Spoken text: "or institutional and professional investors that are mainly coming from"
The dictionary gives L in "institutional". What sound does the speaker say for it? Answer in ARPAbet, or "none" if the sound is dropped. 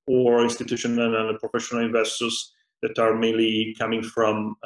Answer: N